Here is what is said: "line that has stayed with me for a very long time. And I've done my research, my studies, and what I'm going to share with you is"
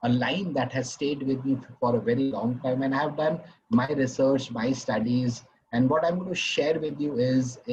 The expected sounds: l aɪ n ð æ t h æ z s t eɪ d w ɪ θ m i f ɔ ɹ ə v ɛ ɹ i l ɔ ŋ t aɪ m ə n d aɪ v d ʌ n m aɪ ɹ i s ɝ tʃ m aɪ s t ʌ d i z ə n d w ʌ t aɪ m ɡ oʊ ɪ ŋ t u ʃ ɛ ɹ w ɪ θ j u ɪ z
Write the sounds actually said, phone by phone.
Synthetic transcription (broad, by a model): l aɪ n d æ t h æ z s t eɪ d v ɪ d m i f ɔ ɹ ə v ɛ ɹ i l ɔ ŋ t aɪ m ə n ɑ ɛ v d ʌ n m aɪ ɹ i s ɝ tʃ m aɪ s t ʌ d i z ə n d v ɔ t aɪ m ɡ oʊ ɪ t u ʃ ɛ ɹ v ɪ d j u ɪ z